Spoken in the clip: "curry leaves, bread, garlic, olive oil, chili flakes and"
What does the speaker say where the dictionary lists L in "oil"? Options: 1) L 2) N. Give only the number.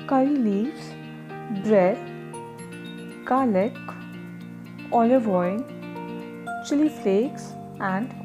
2